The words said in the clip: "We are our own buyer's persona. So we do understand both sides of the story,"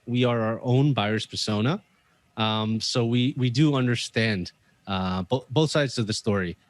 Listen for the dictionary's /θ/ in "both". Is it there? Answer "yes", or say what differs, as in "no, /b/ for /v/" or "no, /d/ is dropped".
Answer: yes